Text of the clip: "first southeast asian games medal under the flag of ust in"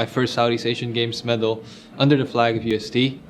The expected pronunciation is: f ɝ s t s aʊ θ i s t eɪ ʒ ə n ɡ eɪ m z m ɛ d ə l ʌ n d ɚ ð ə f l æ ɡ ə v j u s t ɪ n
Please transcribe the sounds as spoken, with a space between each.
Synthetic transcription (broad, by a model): f ɝ s t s aʊ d i s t eɪ ʃ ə n ɡ eɪ m s m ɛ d l ʌ n d ɚ ð ə f l æ ɡ ə v j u s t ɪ